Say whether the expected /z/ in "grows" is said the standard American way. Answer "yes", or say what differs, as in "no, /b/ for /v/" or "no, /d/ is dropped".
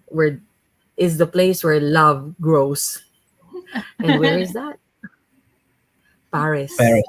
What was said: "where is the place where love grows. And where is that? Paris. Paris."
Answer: no, /s/ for /z/